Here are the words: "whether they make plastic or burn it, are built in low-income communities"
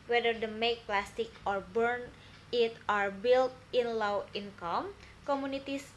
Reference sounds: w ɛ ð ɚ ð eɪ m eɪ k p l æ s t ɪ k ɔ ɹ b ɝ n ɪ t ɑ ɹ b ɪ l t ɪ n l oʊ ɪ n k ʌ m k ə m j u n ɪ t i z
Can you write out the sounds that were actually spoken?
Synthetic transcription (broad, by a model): w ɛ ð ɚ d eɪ m eɪ k p l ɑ s t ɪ k ɔ ɹ b ɝ n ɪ t ɑ ɹ b ɪ l t ɪ n l oʊ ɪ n k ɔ m k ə m u n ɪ t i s